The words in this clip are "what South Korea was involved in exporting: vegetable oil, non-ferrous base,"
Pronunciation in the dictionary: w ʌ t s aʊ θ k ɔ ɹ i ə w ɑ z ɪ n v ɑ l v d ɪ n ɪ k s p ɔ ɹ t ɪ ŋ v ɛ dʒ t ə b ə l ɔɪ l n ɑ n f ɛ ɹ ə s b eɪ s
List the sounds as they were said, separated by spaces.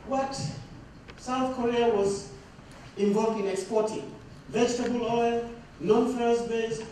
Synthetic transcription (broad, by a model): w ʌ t s aʊ θ k ɔ ɹ i ə w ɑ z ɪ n v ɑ l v d ɪ n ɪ k s p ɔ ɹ t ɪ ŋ v ɛ dʒ t ə b ə l ɔɪ l n ɑ n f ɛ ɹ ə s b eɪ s